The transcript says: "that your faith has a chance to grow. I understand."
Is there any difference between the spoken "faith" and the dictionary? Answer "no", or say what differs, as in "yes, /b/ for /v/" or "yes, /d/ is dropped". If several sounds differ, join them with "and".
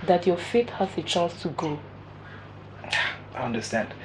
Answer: yes, /t/ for /θ/